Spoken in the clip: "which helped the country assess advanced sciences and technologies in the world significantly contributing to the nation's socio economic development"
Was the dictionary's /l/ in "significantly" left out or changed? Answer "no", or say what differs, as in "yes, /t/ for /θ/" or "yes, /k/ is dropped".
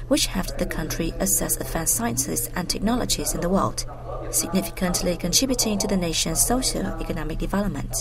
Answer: no